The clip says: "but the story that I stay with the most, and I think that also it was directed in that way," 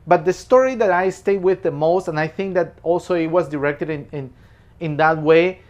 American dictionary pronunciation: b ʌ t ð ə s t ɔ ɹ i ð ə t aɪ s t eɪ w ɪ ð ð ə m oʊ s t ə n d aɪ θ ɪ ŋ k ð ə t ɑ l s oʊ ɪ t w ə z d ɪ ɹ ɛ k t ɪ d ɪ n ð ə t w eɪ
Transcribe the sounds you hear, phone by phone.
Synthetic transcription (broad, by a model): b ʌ t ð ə s t ɔ ɹ i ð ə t aɪ s t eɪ w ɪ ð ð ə m oʊ s t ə n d aɪ θ ɪ ŋ k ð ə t ɑ l s oʊ ɪ t w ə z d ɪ ɹ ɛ k t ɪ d ɪ n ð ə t w eɪ